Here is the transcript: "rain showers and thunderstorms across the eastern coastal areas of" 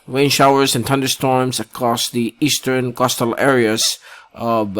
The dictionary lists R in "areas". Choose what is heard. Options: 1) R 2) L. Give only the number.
1